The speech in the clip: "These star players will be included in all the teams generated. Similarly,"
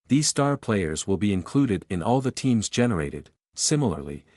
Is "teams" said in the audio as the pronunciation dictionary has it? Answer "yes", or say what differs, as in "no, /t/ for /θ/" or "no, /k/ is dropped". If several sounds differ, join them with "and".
yes